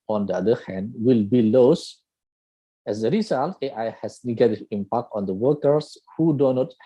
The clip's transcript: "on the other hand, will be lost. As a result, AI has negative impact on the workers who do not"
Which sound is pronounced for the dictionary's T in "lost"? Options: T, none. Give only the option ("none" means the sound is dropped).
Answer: none